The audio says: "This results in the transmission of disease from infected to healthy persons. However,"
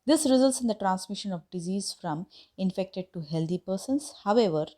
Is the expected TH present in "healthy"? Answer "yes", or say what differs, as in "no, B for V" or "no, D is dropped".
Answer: no, T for TH